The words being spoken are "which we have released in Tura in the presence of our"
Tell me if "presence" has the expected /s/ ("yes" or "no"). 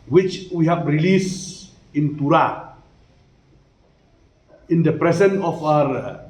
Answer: no